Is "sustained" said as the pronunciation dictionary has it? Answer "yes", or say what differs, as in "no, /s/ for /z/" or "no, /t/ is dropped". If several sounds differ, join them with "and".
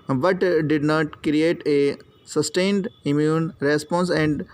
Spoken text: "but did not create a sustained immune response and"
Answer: yes